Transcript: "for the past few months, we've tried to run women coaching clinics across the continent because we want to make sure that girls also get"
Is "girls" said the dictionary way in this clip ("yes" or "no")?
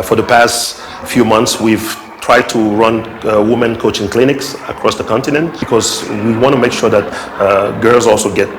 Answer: yes